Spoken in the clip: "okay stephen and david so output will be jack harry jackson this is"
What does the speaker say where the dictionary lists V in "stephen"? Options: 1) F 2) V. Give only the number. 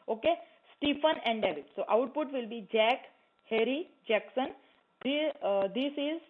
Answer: 1